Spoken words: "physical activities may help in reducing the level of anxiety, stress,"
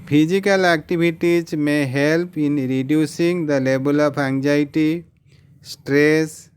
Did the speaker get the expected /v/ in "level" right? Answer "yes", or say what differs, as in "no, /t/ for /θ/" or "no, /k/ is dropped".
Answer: no, /b/ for /v/